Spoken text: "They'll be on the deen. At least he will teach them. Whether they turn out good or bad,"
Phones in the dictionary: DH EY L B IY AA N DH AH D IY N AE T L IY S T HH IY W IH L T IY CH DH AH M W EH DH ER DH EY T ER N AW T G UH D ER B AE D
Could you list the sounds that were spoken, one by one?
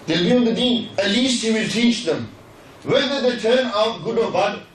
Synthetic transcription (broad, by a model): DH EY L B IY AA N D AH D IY AE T L IY S T HH IY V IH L T IY CH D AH M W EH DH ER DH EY T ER N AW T G UH D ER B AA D